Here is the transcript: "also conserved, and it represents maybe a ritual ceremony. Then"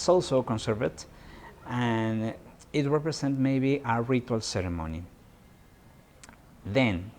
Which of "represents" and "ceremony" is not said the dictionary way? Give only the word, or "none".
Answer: represents